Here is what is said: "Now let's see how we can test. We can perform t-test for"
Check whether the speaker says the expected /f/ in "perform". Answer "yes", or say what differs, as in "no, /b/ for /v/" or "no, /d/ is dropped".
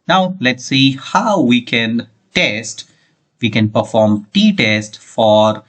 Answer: yes